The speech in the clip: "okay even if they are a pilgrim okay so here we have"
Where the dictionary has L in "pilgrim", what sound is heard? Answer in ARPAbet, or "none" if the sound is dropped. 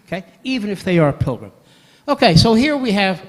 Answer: L